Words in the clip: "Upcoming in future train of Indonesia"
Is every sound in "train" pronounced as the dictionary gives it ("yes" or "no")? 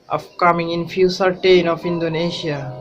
no